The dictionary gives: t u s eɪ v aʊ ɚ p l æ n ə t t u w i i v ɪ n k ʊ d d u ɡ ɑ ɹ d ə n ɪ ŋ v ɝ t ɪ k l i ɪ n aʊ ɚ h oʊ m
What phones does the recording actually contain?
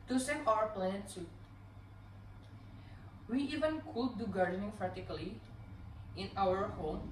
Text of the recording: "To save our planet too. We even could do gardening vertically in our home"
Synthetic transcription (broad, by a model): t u s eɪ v aʊ ɚ p l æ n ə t s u w i i v ɪ n k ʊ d d u ɡ ɑ ɹ d ə n ɪ ŋ f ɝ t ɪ k l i ɪ n aʊ ɚ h oʊ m